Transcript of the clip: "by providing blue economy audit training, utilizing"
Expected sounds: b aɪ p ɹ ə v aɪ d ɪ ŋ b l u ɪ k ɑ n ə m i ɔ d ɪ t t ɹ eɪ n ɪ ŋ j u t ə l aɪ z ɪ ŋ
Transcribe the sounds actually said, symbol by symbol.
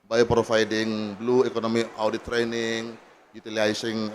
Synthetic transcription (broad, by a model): b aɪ p ɹ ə f aɪ d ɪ ŋ b l u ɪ k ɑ n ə m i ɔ d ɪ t t ɹ eɪ n ɪ ŋ j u t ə l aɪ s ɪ ŋ